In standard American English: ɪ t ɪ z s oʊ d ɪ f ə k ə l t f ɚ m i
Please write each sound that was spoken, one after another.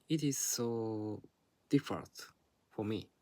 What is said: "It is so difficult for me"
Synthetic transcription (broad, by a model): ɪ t ɪ z s oʊ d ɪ f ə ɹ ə n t f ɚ m i